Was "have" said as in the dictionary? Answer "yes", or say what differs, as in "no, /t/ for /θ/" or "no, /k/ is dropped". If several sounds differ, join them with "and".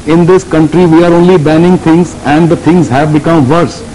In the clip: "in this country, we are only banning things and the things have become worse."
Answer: yes